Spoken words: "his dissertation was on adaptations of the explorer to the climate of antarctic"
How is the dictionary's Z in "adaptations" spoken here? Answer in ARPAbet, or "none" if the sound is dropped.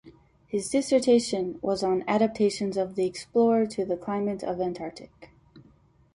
Z